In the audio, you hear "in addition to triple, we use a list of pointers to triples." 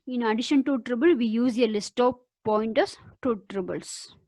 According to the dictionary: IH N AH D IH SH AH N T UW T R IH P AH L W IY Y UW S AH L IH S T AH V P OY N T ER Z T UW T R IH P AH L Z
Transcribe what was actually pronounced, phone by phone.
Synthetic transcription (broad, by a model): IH N AH D IH SH AH N T UW T R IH B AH L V IY Y UW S AH L IH S T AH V P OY N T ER S T UW T R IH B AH L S